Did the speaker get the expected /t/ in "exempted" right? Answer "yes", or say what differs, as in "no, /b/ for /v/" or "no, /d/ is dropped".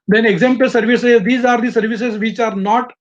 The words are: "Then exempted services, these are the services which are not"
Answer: no, /s/ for /t/